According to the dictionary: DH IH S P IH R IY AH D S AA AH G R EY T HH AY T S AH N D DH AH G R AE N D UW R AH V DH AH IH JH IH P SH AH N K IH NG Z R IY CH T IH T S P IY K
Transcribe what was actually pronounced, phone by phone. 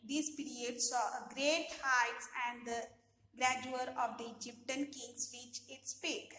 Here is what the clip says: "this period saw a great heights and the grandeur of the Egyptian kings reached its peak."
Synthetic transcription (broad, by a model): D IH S P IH R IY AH D S AA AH G R EY T HH AY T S AH N D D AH G R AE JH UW R AH V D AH JH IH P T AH N K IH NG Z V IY CH IH T S P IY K